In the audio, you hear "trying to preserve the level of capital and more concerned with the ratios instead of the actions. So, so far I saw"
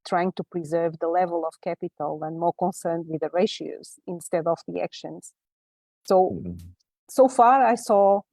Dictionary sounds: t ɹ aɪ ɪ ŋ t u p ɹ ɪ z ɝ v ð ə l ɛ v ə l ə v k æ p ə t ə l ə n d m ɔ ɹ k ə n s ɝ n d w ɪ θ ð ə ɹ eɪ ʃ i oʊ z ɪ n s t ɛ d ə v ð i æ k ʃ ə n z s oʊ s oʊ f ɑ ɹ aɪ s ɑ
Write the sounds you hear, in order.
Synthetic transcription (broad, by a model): t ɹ aɪ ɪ ŋ t u p ɹ ɪ z ɝ v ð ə l ɛ v ə l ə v k æ p ə t ə l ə n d m ɔ ɹ k ə n s ɝ n d w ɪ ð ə ɹ eɪ ʃ i oʊ z ɪ n s t ɛ d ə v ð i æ k ʃ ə n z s oʊ s oʊ f ɑ ɹ aɪ s ɑ